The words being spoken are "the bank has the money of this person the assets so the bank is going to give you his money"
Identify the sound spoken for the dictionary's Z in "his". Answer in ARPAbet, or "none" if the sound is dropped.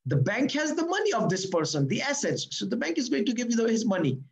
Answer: Z